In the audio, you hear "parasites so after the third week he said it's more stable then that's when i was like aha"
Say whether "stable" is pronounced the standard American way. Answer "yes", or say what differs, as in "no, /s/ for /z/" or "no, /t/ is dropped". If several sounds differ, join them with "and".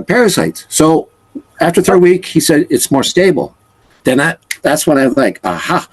no, /n/ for /l/